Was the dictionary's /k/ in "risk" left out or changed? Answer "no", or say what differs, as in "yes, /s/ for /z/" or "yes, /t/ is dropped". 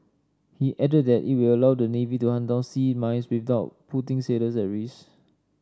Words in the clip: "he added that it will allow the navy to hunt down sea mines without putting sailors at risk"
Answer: yes, /k/ is dropped